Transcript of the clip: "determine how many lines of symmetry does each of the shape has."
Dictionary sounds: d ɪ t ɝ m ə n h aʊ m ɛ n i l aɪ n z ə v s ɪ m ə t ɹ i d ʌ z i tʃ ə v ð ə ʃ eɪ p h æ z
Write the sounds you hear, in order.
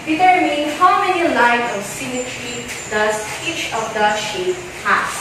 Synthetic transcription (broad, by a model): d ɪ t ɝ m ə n h aʊ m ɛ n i l aɪ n ə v s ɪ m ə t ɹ i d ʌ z i tʃ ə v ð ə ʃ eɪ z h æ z